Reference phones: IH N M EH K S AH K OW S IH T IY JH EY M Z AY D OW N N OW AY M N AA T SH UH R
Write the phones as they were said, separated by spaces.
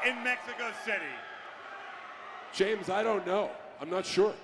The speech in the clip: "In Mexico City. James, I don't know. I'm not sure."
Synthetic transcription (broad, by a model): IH N M EH K S AH K OW S IH T IY JH EY M Z AY D OW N N OW AY M N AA T SH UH R